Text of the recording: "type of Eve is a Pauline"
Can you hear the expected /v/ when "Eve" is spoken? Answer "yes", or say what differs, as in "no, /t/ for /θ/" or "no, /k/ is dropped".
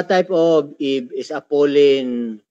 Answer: no, /b/ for /v/